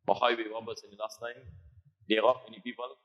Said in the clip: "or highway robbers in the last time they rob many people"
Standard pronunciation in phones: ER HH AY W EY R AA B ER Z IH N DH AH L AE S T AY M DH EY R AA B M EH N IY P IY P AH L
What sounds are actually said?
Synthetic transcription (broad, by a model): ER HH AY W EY W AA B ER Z IH N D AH L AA S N AY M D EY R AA M EH N IY P IY P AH L